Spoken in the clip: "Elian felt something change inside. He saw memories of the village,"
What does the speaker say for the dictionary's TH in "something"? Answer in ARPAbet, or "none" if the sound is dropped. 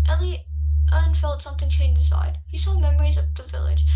TH